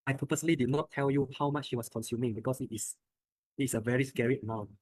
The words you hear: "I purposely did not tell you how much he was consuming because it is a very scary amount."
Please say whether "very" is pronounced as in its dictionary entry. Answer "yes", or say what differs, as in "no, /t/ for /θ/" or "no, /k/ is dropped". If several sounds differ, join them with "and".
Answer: yes